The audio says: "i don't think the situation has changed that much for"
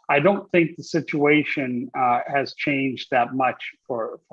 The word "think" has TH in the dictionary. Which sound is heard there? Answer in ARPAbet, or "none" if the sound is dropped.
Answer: TH